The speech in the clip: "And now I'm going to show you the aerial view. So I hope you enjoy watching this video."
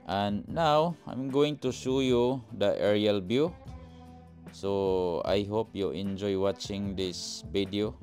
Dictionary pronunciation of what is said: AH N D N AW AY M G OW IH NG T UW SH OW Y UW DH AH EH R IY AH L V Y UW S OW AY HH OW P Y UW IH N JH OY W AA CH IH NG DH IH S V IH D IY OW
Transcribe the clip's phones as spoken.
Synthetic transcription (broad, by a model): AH N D N AW AY M G OW IH NG T UW SH OW Y UW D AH EH R IY AH L B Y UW S OW AY HH OW P Y UW IH N JH OY W AA CH IH NG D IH S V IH D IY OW